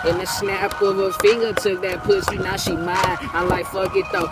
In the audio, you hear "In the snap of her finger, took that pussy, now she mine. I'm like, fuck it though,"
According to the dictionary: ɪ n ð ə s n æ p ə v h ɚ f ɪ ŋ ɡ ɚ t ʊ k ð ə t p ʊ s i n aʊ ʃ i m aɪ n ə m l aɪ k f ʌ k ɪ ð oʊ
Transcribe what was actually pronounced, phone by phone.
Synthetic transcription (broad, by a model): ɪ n ð ə s n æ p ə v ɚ f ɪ ŋ ɡ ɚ t ʊ k ð ə t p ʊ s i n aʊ ʃ i m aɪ ə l aɪ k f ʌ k ɪ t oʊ